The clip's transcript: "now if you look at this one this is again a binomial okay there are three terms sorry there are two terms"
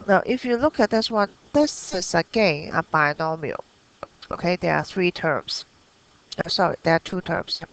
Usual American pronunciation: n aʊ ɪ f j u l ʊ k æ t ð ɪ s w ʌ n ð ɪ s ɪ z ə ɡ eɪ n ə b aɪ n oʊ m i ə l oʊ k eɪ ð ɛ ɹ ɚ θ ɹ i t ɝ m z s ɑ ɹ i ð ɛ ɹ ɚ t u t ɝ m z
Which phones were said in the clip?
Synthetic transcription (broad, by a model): n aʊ ɪ f j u l ʊ k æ t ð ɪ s w ʌ n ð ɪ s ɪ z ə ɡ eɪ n ə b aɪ n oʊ m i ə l oʊ k eɪ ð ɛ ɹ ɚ θ ɹ i t ɝ m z s ɑ ɹ i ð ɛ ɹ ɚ t u t ɝ m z